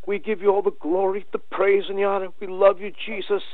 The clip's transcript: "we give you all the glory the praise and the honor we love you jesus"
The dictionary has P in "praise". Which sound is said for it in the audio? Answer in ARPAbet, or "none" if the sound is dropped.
P